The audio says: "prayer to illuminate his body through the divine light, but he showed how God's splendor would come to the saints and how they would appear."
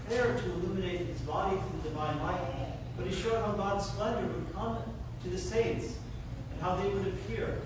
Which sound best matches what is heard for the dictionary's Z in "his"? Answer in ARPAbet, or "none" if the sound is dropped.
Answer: Z